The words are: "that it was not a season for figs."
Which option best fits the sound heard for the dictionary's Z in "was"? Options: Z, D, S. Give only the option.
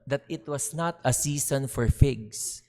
S